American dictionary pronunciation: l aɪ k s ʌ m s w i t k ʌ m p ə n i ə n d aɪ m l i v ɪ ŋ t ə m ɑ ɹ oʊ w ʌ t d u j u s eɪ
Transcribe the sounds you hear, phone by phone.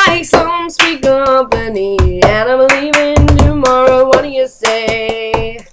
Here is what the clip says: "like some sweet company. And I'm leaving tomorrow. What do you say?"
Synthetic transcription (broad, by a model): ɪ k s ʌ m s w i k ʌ p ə n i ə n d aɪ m l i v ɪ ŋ t ə m ɑ ɹ oʊ w ʌ t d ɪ j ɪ s eɪ